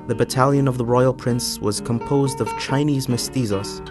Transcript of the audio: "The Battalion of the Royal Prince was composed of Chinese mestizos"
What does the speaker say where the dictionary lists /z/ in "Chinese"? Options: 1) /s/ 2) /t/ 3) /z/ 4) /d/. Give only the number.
3